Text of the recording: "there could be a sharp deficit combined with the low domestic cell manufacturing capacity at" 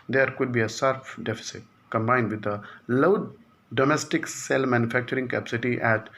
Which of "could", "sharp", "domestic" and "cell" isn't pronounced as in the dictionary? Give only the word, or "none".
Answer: sharp